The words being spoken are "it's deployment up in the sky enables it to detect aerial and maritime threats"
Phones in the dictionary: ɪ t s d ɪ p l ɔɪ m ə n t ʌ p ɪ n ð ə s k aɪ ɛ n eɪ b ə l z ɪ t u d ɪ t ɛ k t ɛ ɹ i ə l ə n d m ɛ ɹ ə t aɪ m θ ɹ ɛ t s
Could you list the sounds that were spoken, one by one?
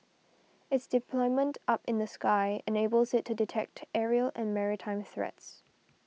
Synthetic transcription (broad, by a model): ɪ t s d ɪ p l ɔɪ m ə n t ʌ p ɪ n ð ə s k aɪ ɛ n eɪ b ə l z ɪ t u d ɪ t ɛ k t ɛ ɹ i ə l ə n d m ɛ ɹ ə t aɪ m θ ɹ ɛ t s